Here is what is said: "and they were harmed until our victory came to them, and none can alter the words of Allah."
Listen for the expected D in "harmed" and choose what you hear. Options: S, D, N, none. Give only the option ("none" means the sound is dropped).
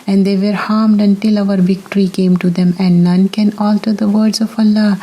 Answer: D